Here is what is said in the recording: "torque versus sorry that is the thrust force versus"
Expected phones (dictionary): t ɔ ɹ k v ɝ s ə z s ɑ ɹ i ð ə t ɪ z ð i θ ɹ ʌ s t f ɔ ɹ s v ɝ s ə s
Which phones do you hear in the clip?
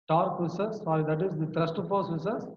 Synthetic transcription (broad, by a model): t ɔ ɹ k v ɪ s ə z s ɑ ɹ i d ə t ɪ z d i t ɹ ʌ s t p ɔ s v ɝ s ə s